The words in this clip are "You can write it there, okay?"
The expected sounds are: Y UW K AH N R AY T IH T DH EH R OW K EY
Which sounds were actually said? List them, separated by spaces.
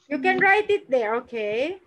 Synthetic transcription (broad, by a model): Y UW K AH N R AY T IH T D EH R OW K EY